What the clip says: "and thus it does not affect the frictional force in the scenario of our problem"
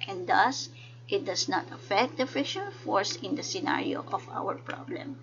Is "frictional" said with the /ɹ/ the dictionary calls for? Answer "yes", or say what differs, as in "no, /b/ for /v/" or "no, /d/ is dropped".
no, /ɹ/ is dropped